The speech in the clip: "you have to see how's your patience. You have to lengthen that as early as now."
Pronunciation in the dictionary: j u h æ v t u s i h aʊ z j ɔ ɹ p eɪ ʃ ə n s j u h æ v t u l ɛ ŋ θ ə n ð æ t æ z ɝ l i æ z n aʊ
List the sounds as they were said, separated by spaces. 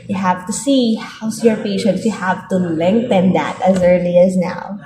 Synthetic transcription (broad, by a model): j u h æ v t u s i h aʊ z j ɔ ɹ p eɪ ʃ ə n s j u h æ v t u l ɛ ŋ θ ə n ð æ t æ z ɝ l i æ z n aʊ